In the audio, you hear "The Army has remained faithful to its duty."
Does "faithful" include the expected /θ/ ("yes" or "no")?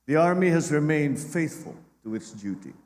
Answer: yes